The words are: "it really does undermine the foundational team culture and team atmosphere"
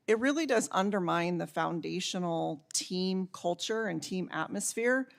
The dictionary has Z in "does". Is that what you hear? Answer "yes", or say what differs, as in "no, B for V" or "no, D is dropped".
yes